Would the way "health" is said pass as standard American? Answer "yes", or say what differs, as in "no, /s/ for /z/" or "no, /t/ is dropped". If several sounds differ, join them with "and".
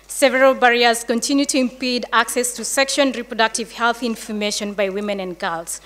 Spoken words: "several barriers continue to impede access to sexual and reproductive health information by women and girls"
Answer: yes